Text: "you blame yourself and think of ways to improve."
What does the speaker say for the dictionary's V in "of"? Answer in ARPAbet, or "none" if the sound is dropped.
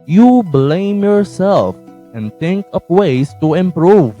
P